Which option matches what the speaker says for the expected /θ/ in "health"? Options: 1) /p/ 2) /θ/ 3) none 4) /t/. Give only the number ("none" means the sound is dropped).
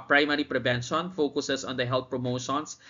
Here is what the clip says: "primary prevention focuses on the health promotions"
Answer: 4